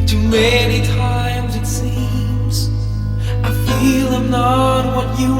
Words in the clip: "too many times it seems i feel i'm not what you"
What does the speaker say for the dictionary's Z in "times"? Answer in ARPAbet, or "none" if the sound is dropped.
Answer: Z